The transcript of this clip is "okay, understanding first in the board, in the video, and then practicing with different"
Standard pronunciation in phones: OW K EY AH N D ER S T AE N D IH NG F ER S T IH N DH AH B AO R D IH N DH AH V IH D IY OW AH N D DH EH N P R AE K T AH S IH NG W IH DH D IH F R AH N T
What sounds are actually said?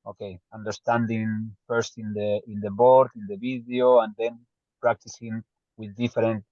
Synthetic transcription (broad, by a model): OW K EY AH N D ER S T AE N D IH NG F ER S T IH N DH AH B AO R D IH N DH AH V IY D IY OW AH N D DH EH N P R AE K T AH S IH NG W IH DH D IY F R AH N T